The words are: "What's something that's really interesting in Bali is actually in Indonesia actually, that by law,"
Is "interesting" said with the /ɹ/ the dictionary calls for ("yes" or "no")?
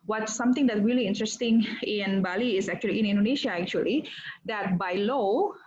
yes